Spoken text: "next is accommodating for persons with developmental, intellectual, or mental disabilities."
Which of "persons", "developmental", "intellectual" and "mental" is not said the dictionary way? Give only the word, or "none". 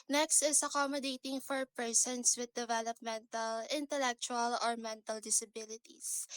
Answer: persons